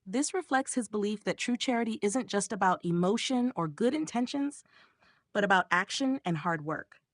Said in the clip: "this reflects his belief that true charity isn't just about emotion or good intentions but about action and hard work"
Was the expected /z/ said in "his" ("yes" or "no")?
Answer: yes